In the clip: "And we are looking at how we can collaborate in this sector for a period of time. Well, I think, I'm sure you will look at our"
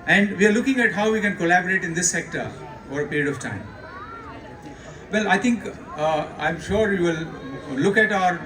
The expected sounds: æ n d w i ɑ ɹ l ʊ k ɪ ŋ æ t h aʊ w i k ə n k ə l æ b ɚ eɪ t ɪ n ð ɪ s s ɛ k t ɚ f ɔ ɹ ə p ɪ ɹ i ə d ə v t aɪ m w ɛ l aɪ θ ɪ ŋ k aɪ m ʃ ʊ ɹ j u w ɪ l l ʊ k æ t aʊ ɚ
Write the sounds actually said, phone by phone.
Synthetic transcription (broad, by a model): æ n d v i ɑ ɹ l ʊ k ɪ ŋ æ t h aʊ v i k ə n k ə l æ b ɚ eɪ t ɪ n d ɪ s s ɛ k t ɚ f ɔ ɹ ə p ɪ ɹ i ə d ə v t aɪ m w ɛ l aɪ t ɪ ŋ k aɪ m ʃ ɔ ɹ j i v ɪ l l ʊ k æ t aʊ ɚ